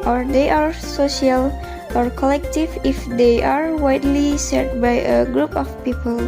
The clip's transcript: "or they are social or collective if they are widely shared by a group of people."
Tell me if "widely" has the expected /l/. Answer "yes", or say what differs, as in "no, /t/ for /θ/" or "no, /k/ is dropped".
yes